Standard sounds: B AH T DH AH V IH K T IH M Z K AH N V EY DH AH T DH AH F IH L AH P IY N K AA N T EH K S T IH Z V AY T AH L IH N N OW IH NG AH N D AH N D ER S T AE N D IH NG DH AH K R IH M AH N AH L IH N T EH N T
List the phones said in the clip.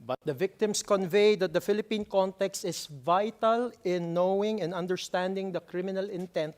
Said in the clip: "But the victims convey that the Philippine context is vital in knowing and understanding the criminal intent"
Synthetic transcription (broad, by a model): B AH T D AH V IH K T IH M S K AH N V EY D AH T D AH F IH L AH P IY N K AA N T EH K S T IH S V AY T AH L IH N N OW IH NG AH N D AH N D ER S T AE N D IH NG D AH K R IH M AH N AH L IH N T EH N T